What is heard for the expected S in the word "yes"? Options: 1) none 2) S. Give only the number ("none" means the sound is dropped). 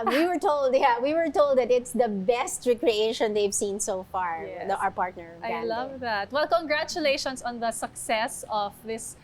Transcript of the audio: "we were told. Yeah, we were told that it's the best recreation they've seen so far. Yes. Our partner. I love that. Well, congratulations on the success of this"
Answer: 1